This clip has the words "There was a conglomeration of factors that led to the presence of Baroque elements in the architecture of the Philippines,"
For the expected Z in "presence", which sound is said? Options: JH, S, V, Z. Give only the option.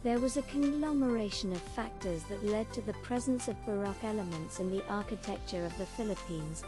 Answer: Z